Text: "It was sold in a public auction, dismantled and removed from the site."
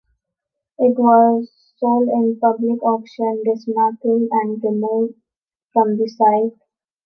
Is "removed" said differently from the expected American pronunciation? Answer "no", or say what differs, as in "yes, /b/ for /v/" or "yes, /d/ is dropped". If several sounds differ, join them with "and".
yes, /f/ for /v/